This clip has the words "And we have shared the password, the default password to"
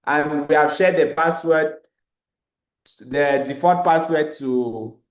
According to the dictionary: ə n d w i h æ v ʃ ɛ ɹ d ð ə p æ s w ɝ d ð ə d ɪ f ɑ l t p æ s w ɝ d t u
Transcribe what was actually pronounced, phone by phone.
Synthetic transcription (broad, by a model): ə n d w i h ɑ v ʃ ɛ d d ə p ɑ s w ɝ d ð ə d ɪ f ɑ t p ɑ s w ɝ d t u